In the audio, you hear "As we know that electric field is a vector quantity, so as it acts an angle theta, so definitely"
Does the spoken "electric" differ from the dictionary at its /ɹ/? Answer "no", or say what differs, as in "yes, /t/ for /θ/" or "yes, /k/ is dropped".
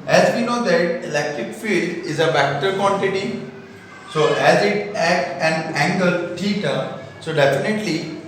no